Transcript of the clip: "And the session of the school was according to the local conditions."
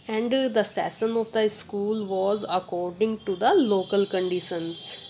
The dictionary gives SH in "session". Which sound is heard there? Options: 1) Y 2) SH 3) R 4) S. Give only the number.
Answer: 4